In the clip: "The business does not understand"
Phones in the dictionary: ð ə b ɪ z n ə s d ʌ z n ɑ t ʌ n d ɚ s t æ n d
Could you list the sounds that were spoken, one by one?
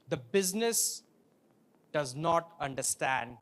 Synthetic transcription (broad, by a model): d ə b ɪ z n ə s d ʌ z n ɑ t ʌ n d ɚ s t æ n d